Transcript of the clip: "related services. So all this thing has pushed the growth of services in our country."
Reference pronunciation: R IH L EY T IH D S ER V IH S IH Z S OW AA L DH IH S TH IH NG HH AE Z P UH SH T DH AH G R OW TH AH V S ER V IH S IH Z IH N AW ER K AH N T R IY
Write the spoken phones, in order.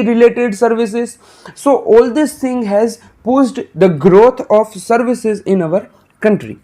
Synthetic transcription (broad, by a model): R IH L EY T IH D S ER V IH S IH Z S OW AA L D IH S T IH NG HH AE Z P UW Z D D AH G R OW T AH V S ER V IH S IH Z IH N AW ER K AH N T R IY